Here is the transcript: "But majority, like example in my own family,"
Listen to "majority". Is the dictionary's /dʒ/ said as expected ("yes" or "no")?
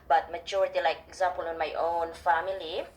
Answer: no